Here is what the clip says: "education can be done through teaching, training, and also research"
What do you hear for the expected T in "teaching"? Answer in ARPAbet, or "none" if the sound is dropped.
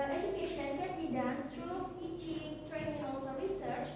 S